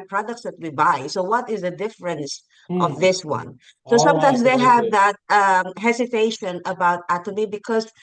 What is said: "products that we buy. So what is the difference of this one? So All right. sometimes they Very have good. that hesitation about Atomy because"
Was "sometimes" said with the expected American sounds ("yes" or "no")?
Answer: no